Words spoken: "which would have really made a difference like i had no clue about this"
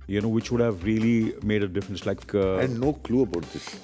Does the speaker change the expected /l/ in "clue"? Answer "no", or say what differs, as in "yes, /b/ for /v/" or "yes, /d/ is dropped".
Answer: no